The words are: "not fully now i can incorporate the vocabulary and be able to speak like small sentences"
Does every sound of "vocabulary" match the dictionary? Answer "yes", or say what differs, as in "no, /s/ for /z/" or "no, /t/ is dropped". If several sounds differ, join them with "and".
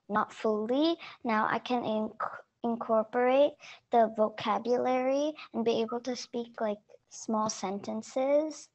yes